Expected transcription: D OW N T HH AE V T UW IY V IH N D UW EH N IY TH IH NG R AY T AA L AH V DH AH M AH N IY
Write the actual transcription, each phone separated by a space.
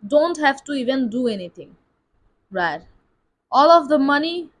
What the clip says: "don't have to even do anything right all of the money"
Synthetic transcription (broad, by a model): D OW N T HH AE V T UW IY V IH N D UW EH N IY T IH NG R AY T AA L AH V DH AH M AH N IY